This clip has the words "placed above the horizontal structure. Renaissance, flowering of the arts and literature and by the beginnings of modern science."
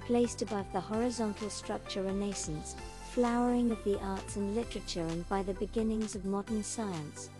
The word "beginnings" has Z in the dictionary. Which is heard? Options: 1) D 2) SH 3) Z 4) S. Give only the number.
3